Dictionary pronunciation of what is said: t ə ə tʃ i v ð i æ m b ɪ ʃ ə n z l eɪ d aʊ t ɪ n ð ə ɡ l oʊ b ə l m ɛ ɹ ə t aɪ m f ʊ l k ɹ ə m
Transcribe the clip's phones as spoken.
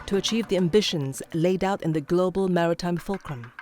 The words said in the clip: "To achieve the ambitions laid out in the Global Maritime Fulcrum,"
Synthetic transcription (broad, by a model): t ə ə tʃ i v ð i æ m b ɪ ʃ ə n z l eɪ d aʊ t ɪ n ð ə ɡ l oʊ b ə l m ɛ ɹ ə t aɪ m f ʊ l k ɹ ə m